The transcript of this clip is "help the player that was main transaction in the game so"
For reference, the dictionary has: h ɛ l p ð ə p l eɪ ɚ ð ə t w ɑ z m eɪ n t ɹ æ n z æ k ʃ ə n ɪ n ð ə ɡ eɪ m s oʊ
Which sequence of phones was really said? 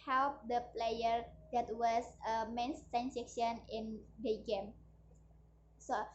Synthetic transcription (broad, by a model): h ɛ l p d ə p l eɪ ɚ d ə t w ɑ s m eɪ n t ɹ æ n s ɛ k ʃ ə n ɪ n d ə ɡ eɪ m s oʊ